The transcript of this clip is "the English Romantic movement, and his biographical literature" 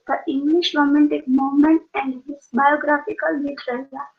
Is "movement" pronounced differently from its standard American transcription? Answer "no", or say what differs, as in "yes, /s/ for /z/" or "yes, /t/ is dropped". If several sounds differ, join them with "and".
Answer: yes, /v/ is dropped